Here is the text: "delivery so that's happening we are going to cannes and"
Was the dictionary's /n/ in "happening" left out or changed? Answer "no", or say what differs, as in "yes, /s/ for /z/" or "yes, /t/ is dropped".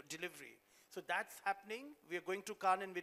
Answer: no